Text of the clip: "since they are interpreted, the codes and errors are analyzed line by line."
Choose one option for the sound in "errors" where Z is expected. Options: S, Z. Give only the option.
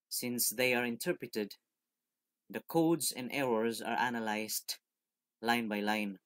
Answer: Z